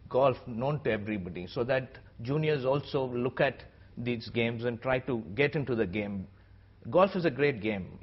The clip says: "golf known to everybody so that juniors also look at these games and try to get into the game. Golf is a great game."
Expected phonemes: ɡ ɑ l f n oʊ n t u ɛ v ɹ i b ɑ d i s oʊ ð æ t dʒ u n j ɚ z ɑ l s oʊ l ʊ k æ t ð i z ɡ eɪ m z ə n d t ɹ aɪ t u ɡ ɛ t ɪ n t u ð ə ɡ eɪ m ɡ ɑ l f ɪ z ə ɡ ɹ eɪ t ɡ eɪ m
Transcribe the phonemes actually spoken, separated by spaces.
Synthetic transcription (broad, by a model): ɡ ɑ l f n oʊ n t u ɛ v ɹ i b ɑ d i s oʊ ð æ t dʒ u n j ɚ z ɑ l s oʊ l ʊ k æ t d i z ɡ eɪ m z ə n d t ɹ aɪ t u ɡ ɛ t ɪ n t u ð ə ɡ eɪ m ɡ ɑ l f ɪ z ə ɡ ɹ eɪ t ɡ eɪ m